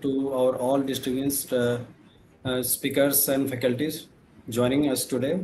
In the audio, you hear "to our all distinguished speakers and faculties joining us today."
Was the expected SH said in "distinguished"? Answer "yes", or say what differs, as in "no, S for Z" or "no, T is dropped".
no, S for SH